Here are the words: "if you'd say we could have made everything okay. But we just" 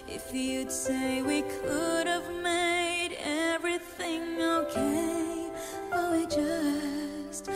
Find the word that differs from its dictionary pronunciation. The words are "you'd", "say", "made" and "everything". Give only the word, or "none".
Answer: none